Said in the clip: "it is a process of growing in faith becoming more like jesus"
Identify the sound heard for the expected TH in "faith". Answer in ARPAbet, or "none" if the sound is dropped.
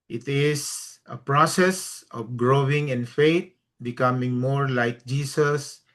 T